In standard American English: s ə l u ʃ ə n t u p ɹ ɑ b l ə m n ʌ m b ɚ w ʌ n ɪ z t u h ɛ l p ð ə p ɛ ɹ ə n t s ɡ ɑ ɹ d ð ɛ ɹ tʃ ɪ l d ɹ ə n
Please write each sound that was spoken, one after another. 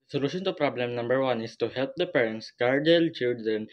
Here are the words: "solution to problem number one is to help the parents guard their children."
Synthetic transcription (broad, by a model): s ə l u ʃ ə n t u p ɹ ɑ b l ə m n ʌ m b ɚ w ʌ n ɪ s t u h ɛ l p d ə p ɛ ɹ ə n t s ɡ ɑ ɹ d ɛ l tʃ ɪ l d ɹ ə n